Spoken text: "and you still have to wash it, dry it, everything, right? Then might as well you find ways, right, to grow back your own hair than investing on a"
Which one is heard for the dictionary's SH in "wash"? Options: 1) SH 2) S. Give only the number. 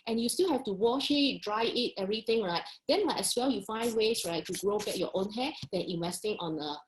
1